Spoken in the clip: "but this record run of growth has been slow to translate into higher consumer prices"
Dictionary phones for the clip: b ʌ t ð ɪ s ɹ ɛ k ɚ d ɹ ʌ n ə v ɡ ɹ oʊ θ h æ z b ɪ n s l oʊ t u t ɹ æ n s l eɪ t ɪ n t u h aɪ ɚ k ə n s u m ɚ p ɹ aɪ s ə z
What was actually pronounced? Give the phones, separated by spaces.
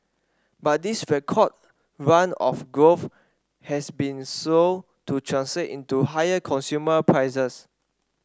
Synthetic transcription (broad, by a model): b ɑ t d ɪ s ɹ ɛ k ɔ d ɹ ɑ n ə f ɡ ɹ oʊ f h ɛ s b ɪ n s oʊ t u t ɹ æ n s l eɪ t ɪ n t u h aɪ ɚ k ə n s u m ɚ p ɹ aɪ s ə s